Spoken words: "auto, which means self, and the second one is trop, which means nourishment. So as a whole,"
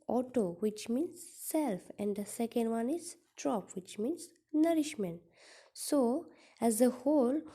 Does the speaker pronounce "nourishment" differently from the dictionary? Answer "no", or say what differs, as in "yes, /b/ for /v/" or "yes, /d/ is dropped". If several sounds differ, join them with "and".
no